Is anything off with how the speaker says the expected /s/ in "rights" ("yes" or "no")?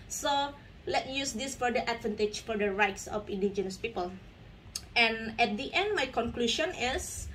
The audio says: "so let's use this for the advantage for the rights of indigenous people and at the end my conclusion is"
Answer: no